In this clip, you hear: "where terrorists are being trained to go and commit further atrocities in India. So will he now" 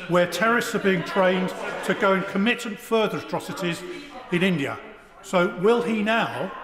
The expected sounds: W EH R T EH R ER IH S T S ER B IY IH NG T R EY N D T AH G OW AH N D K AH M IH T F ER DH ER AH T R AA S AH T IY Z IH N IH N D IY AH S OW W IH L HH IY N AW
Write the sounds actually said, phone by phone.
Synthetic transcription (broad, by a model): W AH T EH R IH S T S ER B IY IH NG T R EY N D T AH G OW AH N K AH M IH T F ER DH ER AH T R AA S AH T IY Z IH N IH N D IY AH S OW W IH L IY N AW